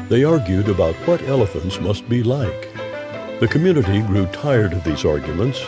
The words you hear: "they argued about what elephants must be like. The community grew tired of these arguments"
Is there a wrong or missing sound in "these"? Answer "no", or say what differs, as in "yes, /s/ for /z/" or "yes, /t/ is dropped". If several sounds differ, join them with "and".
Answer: no